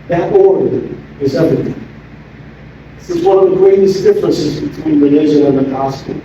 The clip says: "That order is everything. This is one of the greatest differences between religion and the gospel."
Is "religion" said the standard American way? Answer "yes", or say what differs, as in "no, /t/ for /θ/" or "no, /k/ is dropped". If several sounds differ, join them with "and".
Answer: no, /n/ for /l/ and /ʒ/ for /dʒ/ and /n/ is dropped